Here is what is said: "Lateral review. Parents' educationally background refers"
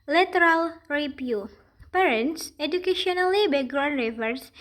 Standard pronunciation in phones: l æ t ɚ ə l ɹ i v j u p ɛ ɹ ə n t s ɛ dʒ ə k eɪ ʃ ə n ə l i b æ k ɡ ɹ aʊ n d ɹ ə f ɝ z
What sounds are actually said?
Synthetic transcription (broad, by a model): l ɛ t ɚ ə l ɹ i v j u p ɛ ɹ ə n t s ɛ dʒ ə k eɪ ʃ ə n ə l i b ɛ ɡ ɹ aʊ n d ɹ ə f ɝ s